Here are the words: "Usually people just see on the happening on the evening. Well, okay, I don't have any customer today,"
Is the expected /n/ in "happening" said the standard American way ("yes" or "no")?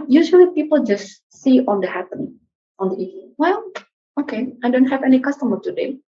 no